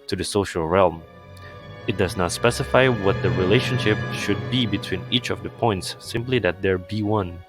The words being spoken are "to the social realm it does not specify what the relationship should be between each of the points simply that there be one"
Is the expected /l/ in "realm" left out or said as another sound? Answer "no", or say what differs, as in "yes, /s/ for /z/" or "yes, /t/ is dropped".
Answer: no